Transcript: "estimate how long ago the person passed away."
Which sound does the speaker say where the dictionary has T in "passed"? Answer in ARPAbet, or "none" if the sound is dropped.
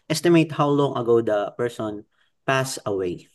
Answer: none